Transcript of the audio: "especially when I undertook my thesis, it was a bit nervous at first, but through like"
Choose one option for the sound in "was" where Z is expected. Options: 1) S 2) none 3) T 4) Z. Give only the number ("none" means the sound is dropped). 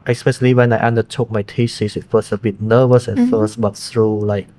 1